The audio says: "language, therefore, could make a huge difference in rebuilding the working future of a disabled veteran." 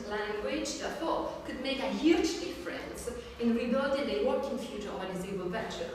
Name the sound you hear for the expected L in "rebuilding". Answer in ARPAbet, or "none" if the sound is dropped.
none